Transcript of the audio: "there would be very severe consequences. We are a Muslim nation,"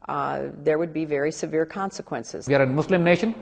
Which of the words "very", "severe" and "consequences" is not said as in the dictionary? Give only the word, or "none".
none